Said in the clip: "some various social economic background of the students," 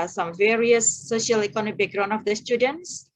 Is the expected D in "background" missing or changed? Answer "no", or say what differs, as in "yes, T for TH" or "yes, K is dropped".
yes, D is dropped